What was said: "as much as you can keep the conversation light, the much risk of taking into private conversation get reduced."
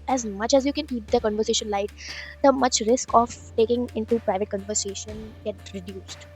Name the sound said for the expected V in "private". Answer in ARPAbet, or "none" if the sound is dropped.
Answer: V